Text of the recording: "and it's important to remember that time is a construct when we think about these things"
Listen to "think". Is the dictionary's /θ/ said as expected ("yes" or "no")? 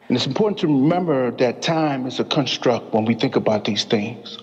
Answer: yes